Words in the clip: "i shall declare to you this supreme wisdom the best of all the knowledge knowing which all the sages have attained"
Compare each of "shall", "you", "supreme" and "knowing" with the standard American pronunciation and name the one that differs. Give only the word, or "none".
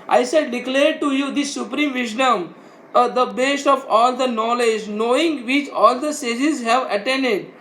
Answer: shall